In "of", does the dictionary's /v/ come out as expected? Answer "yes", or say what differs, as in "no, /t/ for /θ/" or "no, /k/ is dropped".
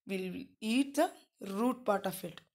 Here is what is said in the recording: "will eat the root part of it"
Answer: no, /f/ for /v/